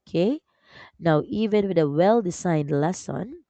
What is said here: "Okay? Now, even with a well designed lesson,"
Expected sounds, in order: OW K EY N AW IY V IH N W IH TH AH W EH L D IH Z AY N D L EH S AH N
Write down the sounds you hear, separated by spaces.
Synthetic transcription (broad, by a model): K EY N AW IY V IH N W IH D AH W EH L D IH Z AY N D L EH S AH N